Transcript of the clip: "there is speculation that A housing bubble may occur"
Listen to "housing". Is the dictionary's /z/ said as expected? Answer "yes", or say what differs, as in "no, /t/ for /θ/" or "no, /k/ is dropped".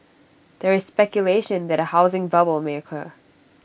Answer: yes